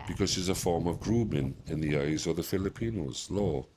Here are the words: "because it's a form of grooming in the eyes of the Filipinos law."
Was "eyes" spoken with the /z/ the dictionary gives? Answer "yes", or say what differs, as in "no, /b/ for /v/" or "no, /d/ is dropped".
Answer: yes